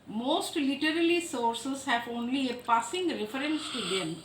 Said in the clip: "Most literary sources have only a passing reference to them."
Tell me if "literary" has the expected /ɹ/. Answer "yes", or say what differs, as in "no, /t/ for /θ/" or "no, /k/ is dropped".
no, /l/ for /ɹ/